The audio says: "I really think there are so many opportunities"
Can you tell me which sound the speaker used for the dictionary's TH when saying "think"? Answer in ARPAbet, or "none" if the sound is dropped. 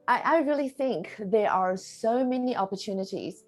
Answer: TH